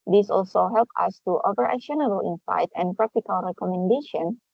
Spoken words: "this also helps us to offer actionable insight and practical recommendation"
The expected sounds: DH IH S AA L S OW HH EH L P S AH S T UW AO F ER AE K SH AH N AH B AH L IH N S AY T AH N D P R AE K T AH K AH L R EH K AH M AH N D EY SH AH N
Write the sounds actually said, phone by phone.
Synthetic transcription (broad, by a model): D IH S AA L S OW HH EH L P AH S T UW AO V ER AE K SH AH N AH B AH L IH N S AY T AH N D P R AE K T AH K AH L R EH K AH M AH N D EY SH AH N